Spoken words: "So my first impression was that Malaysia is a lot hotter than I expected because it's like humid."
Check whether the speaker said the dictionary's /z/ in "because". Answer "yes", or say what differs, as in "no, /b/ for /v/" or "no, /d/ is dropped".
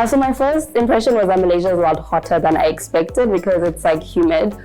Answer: yes